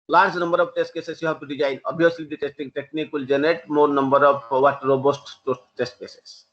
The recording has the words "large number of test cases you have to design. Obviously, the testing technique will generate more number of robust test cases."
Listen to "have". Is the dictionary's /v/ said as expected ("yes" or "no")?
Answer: no